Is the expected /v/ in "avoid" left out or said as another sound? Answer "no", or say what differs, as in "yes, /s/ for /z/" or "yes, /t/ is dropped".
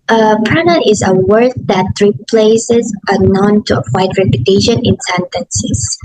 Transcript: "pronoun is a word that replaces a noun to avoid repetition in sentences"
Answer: yes, /f/ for /v/